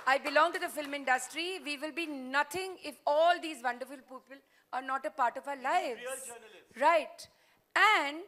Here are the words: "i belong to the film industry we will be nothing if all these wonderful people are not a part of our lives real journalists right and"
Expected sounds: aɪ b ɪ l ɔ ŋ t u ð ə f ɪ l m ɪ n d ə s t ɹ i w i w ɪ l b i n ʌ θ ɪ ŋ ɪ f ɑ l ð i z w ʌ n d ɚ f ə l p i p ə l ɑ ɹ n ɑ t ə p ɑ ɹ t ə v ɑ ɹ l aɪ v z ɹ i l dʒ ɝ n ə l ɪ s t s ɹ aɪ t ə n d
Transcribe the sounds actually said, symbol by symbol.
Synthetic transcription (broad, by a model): aɪ b ɪ l ɔ ŋ t u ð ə f ɪ l m ɪ n d ə s t ɹ i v i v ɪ l b i n ʌ t ɪ ŋ ɪ f ɑ l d i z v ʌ n d ɚ f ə l p i p ə l ɑ ɹ n ɑ t ə p ɑ ɹ t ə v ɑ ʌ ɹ l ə ɪ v ɹ aɪ t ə n d